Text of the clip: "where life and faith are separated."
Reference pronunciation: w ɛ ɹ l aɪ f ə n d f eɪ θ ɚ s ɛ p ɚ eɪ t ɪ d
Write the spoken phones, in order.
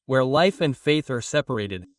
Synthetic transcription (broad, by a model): w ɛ ɹ l aɪ f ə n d f eɪ θ ɚ s ɛ p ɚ eɪ t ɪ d